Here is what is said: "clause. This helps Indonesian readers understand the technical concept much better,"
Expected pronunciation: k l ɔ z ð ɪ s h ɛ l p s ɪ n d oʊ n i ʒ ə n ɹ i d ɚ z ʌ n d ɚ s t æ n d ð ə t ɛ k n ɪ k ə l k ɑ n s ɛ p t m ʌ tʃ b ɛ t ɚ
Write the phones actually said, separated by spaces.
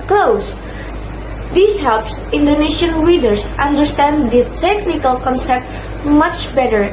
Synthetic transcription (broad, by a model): k l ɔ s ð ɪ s h ɛ l p s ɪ n d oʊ n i ʃ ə n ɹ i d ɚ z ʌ n d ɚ s t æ n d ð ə t ɛ k n ɪ k ə l k ɑ n s ɛ p t m ʌ tʃ b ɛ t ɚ